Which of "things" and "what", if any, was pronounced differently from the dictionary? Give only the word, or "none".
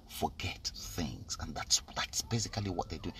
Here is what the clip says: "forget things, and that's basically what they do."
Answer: none